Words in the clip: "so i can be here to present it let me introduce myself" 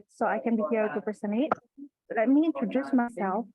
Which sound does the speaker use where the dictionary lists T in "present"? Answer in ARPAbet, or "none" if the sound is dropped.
none